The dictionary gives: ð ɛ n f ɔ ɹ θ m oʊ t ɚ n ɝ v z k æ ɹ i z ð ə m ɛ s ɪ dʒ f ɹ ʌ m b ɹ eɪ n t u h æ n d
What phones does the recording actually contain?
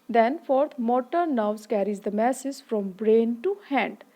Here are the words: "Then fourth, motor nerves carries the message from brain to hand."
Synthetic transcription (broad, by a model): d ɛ n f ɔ ɹ t m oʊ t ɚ n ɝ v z k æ ɹ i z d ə m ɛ s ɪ z f ɹ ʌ m b ɹ eɪ n t u h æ n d